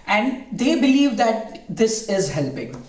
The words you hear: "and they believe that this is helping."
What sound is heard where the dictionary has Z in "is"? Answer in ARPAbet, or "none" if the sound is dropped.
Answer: Z